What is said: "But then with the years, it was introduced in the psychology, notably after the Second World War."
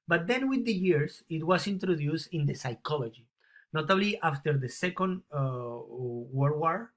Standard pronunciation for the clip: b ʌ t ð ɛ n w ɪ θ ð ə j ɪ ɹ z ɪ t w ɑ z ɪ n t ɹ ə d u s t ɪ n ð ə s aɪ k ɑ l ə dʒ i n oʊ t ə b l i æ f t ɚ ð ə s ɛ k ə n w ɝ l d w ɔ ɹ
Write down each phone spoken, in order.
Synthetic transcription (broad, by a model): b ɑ t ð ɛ n w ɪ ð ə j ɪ ɹ s ɪ t w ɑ s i n t ɹ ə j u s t ɪ n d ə s aɪ k ɑ l ə dʒ i n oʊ t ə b l i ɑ f t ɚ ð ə s ɛ k ə n w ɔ d w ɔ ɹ